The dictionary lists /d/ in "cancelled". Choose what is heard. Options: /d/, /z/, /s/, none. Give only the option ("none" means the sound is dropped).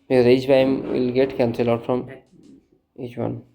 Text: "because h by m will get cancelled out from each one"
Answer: none